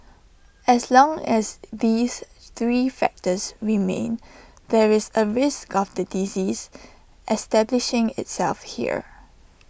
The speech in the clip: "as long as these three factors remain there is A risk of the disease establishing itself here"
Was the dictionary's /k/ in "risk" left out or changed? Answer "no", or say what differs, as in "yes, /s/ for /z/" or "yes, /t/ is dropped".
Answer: no